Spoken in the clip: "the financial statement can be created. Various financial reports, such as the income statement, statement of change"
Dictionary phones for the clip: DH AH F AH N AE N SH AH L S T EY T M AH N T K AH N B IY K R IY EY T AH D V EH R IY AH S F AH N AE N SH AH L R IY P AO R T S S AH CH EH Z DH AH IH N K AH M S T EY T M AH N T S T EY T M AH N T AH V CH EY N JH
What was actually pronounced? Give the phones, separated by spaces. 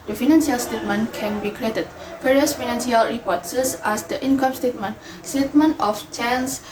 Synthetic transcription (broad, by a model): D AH F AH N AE N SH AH L S T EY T M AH N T K AH N B IY K R IY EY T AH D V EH R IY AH S F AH N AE N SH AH L R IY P AO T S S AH S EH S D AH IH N K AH M S T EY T M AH N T S T EY T M AH N T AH F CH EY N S